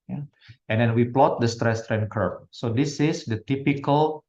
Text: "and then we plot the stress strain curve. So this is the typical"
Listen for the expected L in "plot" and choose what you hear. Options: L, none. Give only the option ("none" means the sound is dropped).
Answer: L